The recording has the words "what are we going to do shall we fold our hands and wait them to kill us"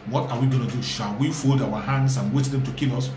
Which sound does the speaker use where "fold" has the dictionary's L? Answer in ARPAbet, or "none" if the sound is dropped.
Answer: L